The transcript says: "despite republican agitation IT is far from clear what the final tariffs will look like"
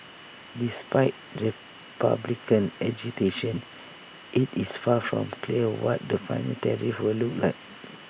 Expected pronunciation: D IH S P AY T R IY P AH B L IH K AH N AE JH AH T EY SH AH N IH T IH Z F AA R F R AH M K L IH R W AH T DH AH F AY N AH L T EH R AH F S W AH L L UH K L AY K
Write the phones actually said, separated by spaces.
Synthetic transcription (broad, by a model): D IH S P AY T R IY P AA B L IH K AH N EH JH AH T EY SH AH N IH T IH S F AA F R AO M K L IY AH W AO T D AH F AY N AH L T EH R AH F W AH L L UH K L AY K